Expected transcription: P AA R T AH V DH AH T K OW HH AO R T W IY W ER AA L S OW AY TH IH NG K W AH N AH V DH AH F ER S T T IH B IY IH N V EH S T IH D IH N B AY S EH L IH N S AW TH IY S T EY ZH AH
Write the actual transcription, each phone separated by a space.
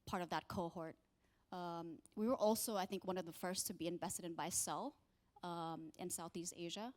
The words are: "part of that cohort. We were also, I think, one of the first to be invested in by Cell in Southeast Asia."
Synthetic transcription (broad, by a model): P AA R T AH V DH AH T K OW HH AO R T W IY W ER AA L S OW AY TH IH NG K W AH N AH V DH AH F ER S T T IH B IY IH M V EH S T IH D IH N B AY S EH L IH N S AW TH IY S T EY ZH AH